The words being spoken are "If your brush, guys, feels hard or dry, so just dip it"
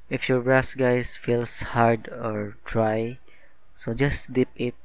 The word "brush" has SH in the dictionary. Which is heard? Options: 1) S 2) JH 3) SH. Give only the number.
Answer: 1